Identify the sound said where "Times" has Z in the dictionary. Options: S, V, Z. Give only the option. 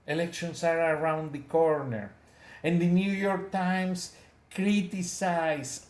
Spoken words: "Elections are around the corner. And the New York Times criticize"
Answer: S